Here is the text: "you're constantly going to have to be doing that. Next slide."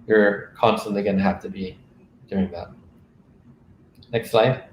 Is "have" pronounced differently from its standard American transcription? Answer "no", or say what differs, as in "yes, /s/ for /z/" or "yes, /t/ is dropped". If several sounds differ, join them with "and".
yes, /f/ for /v/